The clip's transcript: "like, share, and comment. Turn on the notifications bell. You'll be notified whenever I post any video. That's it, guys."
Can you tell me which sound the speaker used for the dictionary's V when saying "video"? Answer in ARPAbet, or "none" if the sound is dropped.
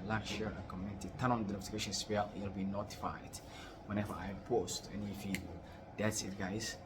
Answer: F